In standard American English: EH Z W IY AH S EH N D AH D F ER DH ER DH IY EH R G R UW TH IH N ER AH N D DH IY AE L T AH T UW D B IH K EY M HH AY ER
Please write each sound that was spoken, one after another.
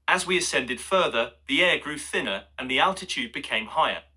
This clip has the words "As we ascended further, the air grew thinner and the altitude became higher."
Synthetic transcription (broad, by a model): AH Z W IY AH S EH N D AH D F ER DH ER DH IY EH G R UW TH IH N ER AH N DH IY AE L T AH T UW D B IH K EY M HH AY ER